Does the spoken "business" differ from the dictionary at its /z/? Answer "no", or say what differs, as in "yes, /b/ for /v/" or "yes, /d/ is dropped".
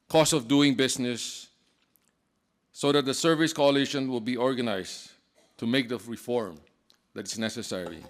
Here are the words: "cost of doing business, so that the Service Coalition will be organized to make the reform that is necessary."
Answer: yes, /s/ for /z/